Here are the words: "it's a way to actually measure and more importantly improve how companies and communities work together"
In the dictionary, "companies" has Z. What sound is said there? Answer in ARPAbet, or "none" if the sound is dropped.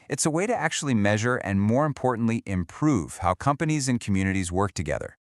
Z